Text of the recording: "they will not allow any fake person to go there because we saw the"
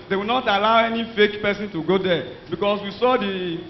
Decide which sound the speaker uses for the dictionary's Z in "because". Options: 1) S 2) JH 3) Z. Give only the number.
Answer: 1